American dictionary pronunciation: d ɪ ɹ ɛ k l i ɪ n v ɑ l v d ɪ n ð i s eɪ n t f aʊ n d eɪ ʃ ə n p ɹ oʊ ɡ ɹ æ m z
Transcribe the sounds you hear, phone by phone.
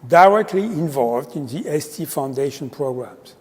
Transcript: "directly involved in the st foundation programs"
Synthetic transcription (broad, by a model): d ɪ ɹ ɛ k l i ɪ n v ɑ l v d ɪ n ð i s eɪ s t f aʊ n d eɪ ʃ ə n p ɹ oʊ ɡ ɹ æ m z